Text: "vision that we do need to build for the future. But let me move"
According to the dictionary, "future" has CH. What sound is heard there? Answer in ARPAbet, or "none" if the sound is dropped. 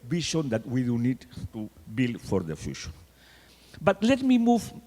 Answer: SH